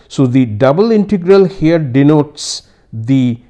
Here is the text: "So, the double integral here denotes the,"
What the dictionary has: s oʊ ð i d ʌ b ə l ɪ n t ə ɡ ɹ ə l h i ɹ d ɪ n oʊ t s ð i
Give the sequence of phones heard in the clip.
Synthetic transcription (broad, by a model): s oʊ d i d ʌ b ə l ɪ n t ə ɡ ɹ ə l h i ɹ d ɪ n oʊ t s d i